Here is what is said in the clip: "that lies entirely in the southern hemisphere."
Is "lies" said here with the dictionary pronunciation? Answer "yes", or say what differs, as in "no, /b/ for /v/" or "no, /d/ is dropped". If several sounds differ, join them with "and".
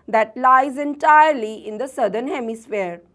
yes